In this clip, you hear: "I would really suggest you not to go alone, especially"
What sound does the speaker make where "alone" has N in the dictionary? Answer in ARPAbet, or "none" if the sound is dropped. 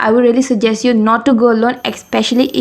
N